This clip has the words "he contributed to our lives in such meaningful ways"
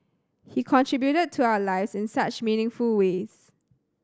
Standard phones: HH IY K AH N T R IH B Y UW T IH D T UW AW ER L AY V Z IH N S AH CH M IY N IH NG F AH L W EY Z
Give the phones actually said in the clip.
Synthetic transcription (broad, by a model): HH IY K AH N T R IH B Y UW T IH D T UW AW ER L AY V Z IH N S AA CH M IY N IH NG F AH L W EY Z